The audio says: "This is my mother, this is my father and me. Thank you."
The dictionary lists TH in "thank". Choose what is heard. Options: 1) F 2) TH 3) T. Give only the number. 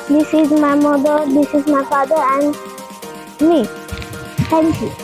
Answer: 3